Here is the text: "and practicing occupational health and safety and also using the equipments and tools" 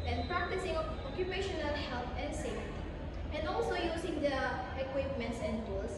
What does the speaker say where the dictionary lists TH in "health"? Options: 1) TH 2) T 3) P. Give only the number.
2